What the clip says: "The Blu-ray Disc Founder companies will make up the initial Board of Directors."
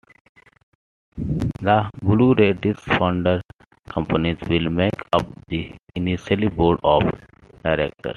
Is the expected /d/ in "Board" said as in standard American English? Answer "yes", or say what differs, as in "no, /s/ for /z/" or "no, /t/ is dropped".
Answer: yes